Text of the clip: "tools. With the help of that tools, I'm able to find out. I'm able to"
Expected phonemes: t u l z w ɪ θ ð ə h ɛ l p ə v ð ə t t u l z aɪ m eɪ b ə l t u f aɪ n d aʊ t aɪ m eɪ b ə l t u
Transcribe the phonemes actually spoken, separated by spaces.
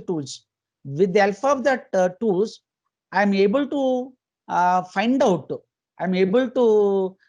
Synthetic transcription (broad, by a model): t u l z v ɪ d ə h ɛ l f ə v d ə t t u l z aɪ m eɪ b ə l t u f aɪ n d aʊ t aɪ m eɪ b ə l t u